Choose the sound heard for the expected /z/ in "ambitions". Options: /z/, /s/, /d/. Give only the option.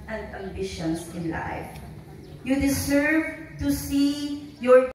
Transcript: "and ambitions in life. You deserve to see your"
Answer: /s/